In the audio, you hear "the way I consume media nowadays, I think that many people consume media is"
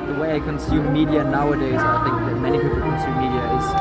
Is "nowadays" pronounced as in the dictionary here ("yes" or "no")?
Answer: yes